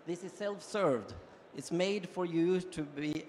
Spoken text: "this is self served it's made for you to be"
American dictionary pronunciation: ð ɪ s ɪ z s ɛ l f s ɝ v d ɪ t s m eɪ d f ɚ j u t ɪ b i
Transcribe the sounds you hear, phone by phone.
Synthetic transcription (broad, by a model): ð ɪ s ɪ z s ɛ l f s ɝ v d ɪ t s m eɪ d f ɚ j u t ɪ b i